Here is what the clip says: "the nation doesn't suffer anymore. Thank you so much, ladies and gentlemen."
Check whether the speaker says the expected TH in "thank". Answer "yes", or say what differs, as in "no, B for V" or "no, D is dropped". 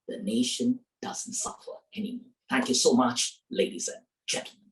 yes